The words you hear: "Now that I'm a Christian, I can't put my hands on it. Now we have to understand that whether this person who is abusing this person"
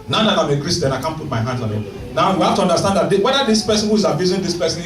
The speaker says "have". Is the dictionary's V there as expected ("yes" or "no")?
no